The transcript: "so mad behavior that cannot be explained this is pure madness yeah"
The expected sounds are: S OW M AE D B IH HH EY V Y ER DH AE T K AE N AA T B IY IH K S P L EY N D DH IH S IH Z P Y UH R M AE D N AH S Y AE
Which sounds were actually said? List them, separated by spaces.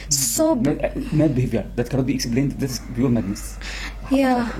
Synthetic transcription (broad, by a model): S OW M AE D B IH HH EY V Y ER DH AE T K AE N AA T B IY IH K S P L EY N D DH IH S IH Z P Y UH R M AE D N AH S Y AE